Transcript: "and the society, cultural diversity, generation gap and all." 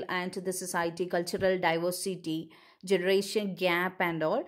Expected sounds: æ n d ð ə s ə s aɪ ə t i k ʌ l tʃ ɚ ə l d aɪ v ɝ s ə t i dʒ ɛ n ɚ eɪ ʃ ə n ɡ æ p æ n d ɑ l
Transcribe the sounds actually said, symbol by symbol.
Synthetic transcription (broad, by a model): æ n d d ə s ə s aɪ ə t i k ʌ l tʃ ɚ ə l d aɪ v ɝ s ə t i dʒ ɛ n ɚ eɪ ʃ ə n ɡ æ p æ n d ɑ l